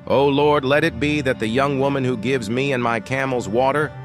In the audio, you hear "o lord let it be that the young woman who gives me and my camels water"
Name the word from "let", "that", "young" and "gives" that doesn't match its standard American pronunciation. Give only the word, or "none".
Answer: none